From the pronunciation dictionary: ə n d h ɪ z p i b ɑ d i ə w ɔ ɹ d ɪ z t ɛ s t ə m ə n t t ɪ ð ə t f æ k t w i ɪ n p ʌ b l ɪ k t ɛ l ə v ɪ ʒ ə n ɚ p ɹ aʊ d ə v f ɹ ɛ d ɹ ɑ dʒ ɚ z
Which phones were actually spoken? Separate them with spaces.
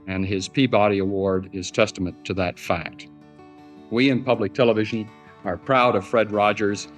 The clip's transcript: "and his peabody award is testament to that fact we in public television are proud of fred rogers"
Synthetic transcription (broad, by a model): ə n ɪ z p i b ɑ d i ə w ɔ ɹ d ɪ z t ɛ s t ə m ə n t t ɪ ð ə t f æ k t w i ɪ n p ʌ b l ɪ k t ɛ l ə v ɪ ʒ ə n ɚ p ɹ aʊ d ə v f ɹ ɛ d ɹ ɑ dʒ ɚ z